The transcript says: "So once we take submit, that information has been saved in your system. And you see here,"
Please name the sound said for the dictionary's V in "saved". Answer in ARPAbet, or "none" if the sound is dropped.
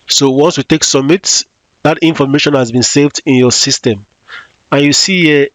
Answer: V